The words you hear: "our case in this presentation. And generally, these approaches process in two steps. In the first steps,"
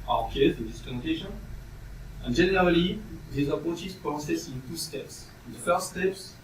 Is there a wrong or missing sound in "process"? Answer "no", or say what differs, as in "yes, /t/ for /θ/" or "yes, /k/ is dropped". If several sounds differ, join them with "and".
yes, /l/ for /ɹ/